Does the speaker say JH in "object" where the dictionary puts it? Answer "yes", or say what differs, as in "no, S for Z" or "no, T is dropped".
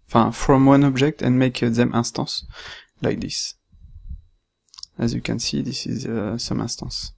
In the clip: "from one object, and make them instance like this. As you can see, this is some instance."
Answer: yes